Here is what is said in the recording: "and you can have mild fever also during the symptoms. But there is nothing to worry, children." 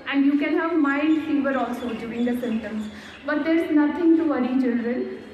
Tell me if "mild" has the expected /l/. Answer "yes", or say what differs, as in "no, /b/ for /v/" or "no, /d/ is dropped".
no, /n/ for /l/